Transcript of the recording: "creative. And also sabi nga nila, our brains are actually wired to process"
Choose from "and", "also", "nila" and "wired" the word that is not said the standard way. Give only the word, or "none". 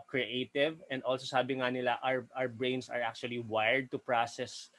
nila